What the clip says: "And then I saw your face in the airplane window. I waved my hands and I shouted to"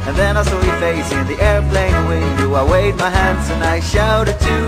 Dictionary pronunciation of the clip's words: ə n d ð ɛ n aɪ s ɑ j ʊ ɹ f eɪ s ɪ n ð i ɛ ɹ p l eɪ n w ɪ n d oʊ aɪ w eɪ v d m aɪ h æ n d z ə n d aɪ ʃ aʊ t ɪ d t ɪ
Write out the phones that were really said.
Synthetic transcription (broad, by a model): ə n ð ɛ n aɪ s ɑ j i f eɪ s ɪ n ð i ɛ ɹ p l eɪ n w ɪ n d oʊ aɪ w eɪ d m aɪ h æ n d z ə n aɪ ʃ aʊ t ɪ d t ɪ